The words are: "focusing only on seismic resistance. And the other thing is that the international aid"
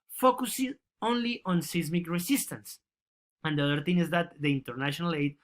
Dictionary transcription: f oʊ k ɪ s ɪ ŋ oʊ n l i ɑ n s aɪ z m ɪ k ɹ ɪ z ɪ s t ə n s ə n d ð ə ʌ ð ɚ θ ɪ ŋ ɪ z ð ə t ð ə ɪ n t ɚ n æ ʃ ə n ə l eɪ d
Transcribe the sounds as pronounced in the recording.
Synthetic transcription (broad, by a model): f oʊ k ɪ s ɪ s oʊ n l i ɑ n s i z m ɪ k ɹ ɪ s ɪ s t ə n s ə n d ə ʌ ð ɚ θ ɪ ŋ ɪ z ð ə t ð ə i n t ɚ n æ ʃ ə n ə l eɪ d